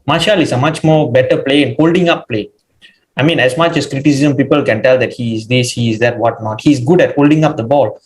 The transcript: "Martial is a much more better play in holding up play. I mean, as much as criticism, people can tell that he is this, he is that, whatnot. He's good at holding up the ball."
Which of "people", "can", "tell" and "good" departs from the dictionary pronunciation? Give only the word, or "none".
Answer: none